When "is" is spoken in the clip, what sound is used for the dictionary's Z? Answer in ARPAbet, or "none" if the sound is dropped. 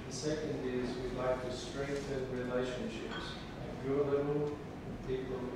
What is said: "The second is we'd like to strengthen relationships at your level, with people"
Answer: Z